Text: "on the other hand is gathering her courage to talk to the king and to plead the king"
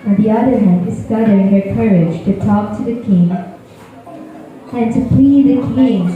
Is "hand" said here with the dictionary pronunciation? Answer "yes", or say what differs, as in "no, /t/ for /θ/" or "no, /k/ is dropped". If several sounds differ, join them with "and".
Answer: no, /d/ is dropped